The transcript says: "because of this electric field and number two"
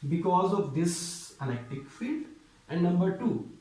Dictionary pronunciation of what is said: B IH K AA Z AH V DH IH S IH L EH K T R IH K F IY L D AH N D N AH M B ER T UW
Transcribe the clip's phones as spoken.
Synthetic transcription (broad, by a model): B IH K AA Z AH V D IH S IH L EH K T IH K F IY L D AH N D N AH M B ER T UW